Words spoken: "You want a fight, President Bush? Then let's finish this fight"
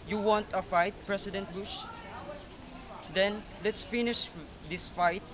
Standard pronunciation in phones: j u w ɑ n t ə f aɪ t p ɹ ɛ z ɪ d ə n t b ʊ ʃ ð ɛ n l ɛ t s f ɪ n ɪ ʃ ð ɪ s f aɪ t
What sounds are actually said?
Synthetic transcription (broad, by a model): j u w ɑ n t ə f aɪ t p ɹ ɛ s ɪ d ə n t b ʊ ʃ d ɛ n l ɛ t s f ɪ n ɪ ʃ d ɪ s f aɪ t